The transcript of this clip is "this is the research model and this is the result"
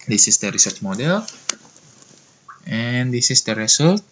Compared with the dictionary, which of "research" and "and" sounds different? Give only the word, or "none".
none